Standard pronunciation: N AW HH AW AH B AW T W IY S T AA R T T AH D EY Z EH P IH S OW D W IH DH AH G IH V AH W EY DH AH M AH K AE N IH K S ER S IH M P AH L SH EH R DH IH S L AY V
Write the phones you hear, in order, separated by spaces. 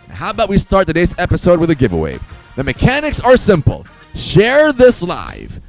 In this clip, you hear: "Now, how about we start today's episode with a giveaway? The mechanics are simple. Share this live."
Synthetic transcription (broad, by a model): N HH AW AH B AW T W IY S T AA R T T AH D EY Z EH P IH S OW D W IH DH AH G IH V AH W EY DH AH M AH K AE N IH K S ER S IH M P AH L SH EH R DH IH S L AY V